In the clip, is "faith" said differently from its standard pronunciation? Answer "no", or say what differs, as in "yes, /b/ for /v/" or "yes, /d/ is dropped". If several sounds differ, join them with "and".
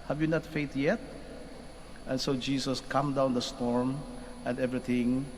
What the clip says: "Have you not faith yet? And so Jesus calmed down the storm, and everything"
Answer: yes, /t/ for /θ/